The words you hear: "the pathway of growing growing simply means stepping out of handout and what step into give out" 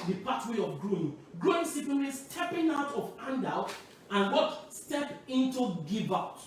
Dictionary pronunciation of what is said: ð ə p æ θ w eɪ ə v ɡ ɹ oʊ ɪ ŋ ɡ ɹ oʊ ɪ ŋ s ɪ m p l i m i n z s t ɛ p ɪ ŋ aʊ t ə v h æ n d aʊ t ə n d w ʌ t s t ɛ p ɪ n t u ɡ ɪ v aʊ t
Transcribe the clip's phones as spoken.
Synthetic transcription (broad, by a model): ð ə p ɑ t w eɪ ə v ɡ ɹ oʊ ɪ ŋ ɡ ɹ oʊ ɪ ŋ s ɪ p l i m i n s t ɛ p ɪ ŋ aʊ t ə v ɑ n d aʊ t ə n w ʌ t s t ɛ p ɪ n t u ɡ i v aʊ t